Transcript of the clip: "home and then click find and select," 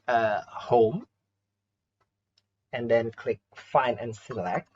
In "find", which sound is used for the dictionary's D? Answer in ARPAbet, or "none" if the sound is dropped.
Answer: none